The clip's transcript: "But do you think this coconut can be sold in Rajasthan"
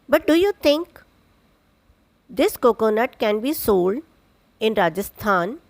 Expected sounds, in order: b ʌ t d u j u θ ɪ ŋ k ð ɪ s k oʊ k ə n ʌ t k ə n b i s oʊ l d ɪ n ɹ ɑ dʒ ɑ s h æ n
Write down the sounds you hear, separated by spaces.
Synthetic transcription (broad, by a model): b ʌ t d u j u t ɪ ŋ k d ɪ s k oʊ k ə n ʌ t k ə n b i s oʊ l d ɪ n ɹ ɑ dʒ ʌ s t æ n